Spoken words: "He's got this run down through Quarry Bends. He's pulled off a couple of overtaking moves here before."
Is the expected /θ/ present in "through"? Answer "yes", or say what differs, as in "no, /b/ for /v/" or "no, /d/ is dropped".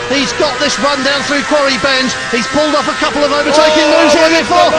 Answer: yes